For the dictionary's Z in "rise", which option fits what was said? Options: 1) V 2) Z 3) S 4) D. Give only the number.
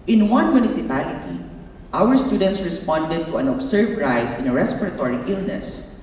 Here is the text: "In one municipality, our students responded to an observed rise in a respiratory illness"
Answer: 3